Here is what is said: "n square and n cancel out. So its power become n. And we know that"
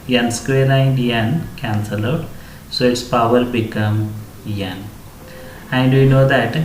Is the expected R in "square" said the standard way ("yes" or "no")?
no